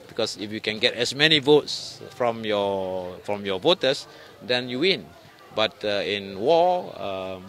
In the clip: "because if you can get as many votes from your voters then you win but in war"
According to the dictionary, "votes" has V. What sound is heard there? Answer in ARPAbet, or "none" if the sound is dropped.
V